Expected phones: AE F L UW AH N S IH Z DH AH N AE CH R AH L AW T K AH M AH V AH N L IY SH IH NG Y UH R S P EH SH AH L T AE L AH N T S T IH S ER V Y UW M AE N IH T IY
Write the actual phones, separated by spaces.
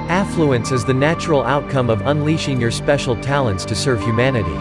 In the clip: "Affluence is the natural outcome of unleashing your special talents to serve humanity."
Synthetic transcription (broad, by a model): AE F L UW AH N S IH Z DH AH N AE CH R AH L AW T K AH M AH V AH N L IY SH IH NG Y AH R S P EH SH L T AE L AH N T S T IH S ER V Y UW M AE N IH T IY